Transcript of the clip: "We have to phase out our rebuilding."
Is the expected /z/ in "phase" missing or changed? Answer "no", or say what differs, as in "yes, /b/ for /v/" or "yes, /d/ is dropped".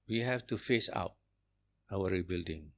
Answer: yes, /s/ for /z/